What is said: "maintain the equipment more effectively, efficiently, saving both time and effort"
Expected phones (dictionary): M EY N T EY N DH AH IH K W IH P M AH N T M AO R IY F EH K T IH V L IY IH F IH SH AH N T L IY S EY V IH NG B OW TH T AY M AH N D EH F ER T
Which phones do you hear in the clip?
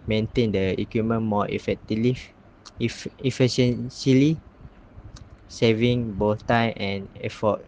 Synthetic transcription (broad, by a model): M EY N T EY N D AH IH K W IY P M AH N M AO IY F EH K T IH L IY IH F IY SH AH N S L IY S EY V IH NG B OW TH T AY M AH N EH F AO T